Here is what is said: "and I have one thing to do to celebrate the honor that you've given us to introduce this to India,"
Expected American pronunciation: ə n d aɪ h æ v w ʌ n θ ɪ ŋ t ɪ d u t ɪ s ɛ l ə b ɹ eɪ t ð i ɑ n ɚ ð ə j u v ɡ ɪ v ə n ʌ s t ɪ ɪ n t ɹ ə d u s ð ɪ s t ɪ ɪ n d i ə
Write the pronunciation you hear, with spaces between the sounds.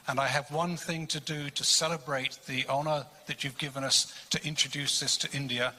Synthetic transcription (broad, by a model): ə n aɪ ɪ v w ʌ n θ ɪ ŋ t ɪ d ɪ t ɪ s ɛ l ə b ɹ eɪ t ð i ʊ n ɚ ð ə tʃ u v ɡ ɪ v ə n ʌ s t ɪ ɪ n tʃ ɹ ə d u s ð ɪ s t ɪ ɪ n d i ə